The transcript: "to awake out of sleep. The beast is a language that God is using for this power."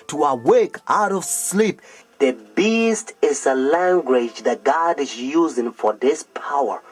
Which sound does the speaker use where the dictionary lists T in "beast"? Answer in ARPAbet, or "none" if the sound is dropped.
T